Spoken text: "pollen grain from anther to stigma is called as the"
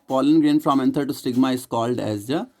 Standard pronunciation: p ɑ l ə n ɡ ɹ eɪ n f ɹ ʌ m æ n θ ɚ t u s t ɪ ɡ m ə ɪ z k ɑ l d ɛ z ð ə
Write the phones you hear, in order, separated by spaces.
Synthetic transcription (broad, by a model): p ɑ l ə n ɡ ɹ eɪ n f ɹ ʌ m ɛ n t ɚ t u s t ɪ ɡ m ə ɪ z k ɑ l d ɛ z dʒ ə